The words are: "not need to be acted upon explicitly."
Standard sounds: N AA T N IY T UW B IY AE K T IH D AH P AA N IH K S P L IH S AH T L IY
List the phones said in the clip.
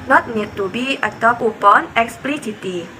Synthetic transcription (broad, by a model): N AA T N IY T UW B IY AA T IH AH P AA N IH K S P L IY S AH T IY